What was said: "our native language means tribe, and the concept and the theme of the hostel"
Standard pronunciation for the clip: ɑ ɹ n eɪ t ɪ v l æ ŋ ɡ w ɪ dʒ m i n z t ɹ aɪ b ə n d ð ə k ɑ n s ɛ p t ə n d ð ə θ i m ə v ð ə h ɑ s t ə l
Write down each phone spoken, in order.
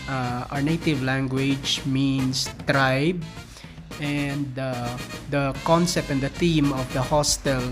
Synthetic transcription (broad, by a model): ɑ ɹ n eɪ t ɪ v l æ ŋ ɡ w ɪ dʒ m i n s t ɹ aɪ b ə n d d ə k ɑ n s ɛ p t ə n d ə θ i m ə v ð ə h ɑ s t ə l